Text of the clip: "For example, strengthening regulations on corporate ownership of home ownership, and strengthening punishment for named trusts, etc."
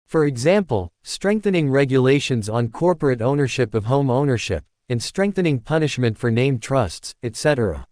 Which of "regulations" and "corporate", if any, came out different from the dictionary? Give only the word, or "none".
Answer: none